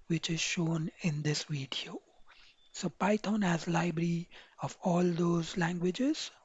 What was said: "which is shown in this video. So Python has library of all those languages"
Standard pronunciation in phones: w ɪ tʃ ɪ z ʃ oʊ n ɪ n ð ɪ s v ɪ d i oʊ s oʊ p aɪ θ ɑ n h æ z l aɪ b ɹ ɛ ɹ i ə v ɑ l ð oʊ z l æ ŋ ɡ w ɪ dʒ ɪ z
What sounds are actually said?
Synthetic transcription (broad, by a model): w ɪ tʃ ɪ z ʃ oʊ n ɪ n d ɪ s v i d i oʊ s oʊ p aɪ t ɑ n h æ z l aɪ b ɹ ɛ ɹ i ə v ɑ l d oʊ z l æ ŋ ɡ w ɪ dʒ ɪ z